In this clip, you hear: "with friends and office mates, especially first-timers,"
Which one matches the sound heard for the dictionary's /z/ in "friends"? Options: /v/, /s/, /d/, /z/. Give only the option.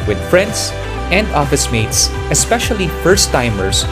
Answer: /s/